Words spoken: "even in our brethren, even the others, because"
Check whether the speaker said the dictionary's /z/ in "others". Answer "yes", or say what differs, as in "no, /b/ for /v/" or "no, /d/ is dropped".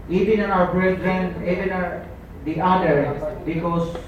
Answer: no, /z/ is dropped